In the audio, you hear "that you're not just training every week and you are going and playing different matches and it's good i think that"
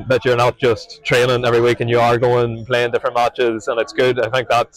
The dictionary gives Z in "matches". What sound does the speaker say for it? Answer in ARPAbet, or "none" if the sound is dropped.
Z